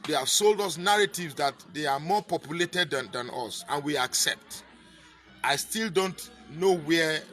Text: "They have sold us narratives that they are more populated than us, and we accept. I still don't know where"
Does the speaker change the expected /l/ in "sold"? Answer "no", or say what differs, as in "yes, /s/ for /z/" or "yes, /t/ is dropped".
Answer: no